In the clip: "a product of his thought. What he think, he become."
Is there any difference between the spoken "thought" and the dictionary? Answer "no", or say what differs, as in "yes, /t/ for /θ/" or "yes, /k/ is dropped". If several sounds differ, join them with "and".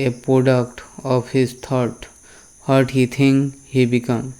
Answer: yes, /t/ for /θ/